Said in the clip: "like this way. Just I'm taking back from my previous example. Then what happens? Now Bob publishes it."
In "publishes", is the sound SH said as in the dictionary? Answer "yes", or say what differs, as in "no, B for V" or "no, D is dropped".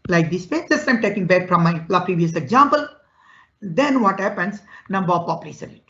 no, S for SH